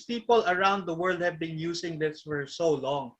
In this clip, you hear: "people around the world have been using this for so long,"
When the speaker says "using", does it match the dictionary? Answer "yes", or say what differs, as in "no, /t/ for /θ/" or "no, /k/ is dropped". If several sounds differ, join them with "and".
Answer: no, /s/ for /z/